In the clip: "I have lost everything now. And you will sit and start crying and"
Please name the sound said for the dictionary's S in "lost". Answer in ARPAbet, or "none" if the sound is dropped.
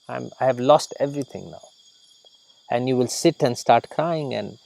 S